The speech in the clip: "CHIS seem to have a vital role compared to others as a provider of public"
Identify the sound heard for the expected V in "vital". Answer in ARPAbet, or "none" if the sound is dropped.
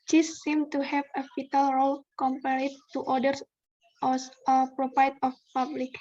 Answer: F